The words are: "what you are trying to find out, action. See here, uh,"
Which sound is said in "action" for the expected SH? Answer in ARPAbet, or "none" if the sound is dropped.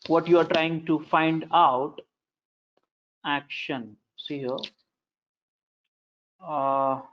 SH